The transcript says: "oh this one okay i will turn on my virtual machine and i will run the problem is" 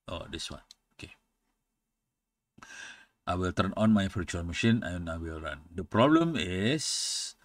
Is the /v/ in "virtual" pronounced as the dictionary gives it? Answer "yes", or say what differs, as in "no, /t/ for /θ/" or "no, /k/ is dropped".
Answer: no, /f/ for /v/